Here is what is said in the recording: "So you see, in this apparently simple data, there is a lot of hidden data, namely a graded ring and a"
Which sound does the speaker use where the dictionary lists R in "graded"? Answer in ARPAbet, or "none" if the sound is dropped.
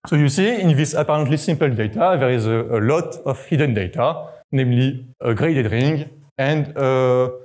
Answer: R